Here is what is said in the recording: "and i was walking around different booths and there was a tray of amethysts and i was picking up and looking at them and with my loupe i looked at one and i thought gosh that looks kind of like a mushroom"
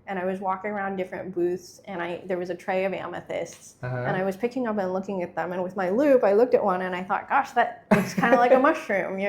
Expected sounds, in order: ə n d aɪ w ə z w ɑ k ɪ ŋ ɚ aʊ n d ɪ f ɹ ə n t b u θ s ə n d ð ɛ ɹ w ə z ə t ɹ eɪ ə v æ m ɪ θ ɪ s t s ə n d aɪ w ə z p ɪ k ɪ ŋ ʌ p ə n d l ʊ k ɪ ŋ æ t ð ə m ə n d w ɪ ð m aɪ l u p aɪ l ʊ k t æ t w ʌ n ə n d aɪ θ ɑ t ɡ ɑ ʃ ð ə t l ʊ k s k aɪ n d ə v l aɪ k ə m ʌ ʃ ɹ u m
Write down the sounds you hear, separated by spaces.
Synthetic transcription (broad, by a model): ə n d aɪ w ə z w ɑ k ɪ ŋ ɚ aʊ n d ɪ f ɹ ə n b u θ s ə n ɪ ð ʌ ɹ w ə z ə t ɹ eɪ ə v æ m ɪ θ ɪ s t s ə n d aɪ w ə z p ɪ k ɪ ŋ ʌ p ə n l ʊ k ɪ ŋ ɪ t ð ə m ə n w ɪ ð m aɪ l u p aɪ l ʊ k t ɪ t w ʌ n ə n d aɪ θ ɑ t ɡ ɑ ʃ ð ə t w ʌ s k aɪ n d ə l aɪ k ə m ʌ ʃ ɹ u m